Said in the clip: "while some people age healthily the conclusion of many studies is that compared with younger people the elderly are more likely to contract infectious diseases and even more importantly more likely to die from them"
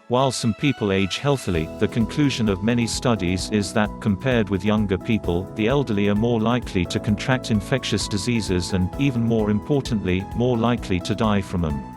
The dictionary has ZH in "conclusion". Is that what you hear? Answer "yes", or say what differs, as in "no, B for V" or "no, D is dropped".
yes